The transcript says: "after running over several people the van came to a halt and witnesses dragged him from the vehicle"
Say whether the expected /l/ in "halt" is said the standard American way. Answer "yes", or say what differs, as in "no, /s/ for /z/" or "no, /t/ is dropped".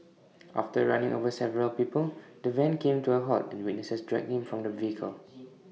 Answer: no, /l/ is dropped